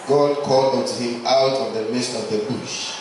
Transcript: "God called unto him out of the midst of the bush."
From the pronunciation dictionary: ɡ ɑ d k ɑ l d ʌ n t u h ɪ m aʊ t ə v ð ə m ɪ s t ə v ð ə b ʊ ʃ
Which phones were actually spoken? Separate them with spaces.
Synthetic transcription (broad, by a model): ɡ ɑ d k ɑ l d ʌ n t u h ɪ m aʊ t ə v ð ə m ɪ s t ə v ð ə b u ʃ